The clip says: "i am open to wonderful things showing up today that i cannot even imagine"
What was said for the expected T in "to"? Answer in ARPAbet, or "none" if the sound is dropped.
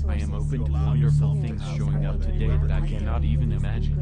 T